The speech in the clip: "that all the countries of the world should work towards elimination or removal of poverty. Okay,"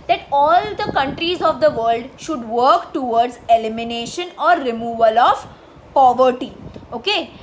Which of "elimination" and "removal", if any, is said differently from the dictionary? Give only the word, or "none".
none